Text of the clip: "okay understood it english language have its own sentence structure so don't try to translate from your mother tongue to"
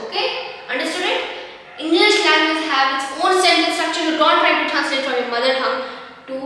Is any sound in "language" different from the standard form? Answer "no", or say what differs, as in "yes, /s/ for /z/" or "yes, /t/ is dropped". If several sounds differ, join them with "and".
yes, /z/ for /dʒ/